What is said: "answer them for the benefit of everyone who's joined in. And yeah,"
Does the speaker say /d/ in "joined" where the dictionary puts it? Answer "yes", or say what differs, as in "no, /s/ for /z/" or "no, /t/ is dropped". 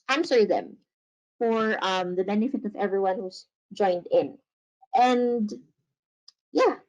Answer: yes